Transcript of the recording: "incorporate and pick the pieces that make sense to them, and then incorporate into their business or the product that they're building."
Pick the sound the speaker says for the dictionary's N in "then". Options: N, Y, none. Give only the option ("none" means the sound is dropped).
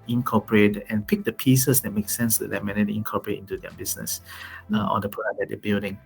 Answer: none